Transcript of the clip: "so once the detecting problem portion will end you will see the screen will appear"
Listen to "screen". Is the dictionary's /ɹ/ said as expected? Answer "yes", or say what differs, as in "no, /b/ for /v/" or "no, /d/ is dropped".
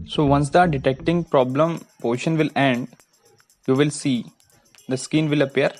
no, /ɹ/ is dropped